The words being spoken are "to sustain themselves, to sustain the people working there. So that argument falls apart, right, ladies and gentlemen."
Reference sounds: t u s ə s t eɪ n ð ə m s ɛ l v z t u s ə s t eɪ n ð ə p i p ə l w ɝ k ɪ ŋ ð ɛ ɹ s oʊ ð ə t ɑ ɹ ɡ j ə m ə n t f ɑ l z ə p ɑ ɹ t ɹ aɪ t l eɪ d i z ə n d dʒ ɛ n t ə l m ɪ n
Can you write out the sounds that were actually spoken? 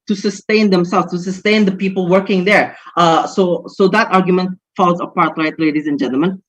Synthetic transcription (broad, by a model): t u s ə s t eɪ n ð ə m s ɛ l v s t u s ə s t eɪ n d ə p i p ə l w ɝ k ɪ ŋ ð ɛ ɹ s oʊ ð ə t ɑ ɹ ɡ j ə m ə n t f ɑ l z ə p ɑ ɹ t l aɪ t l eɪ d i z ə n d dʒ ɛ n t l m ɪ n